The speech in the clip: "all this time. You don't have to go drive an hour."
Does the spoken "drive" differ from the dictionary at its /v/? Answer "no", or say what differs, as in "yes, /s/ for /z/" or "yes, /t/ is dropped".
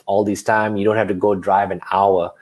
no